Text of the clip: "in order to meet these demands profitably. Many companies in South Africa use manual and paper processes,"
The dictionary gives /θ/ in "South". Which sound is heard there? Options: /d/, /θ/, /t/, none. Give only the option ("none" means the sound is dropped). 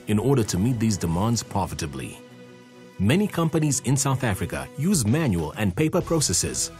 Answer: /θ/